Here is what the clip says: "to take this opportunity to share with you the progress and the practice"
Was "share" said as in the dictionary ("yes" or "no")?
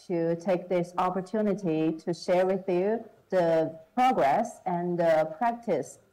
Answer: yes